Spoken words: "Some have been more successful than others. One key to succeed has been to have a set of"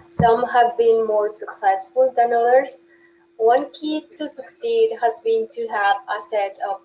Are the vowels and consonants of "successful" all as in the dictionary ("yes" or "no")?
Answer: yes